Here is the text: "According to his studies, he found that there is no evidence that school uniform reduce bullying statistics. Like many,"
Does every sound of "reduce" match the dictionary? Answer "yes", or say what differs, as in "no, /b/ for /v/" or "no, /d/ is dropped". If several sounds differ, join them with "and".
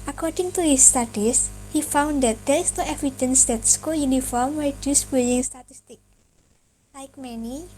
no, /w/ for /ɹ/